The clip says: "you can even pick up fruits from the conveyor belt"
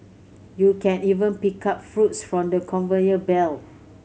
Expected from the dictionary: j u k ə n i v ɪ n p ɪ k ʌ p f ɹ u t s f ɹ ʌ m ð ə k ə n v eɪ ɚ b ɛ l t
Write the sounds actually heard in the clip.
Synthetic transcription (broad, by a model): j u k ə n i v ɪ n p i k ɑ p f ɹ u t s f ɹ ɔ m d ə k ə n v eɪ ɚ b ɛ l